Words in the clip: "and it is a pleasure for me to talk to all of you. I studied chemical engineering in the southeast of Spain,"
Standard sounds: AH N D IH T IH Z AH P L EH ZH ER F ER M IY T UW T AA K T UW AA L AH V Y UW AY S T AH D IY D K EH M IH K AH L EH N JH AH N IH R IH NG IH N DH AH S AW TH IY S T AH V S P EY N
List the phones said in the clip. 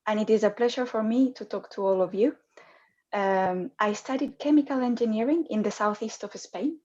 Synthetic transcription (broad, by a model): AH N IH T IH Z AH P L EH ZH ER F ER M IY T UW T AA K T UW AA L AH V Y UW AY S T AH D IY D K EH M IH K AH L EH N JH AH N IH R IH NG IH N DH AH S AW TH IY S T AH V S P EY N